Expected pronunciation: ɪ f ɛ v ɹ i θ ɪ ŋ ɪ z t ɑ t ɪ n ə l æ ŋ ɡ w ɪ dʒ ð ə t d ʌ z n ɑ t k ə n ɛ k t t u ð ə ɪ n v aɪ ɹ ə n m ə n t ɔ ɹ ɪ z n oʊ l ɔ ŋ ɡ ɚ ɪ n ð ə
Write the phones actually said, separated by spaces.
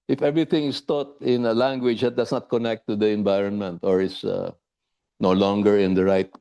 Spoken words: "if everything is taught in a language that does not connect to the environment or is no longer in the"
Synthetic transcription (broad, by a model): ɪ f ɛ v ɹ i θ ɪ ŋ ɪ s t ɑ t ɪ n ə l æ ŋ ɡ w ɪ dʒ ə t d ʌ s n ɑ t k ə n ɛ k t t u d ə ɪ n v aɪ ɹ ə n m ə n t ɔ ɹ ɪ s n oʊ l ɔ ŋ ɡ ɚ ɪ n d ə